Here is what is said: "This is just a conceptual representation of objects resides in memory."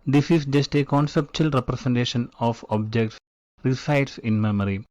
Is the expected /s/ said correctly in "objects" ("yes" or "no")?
yes